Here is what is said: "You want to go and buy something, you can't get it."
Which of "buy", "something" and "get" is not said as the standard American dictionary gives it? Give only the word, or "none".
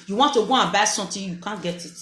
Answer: something